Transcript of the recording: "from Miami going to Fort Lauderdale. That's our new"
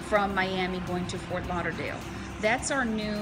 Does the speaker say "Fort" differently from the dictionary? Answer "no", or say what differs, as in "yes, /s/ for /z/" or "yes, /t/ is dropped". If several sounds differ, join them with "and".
no